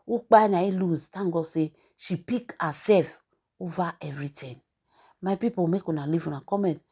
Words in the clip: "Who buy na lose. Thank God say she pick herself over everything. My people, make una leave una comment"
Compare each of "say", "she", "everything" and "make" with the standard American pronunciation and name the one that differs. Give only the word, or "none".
everything